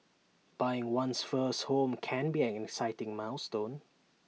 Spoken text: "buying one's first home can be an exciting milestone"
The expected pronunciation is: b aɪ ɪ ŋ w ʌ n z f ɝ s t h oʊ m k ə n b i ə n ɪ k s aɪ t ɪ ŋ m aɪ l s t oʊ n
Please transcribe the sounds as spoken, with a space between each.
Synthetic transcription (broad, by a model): b aɪ ɪ ŋ w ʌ n s f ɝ s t h oʊ m k ə n b i ə n ɪ k s aɪ t ɪ ŋ m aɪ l s t oʊ n